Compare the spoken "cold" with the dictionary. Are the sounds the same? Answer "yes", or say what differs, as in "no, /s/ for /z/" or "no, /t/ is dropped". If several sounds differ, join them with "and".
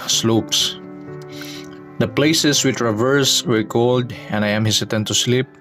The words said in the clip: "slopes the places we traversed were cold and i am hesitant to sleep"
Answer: yes